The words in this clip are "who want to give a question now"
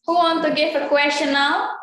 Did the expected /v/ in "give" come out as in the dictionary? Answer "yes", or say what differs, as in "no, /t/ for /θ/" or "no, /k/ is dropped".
no, /f/ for /v/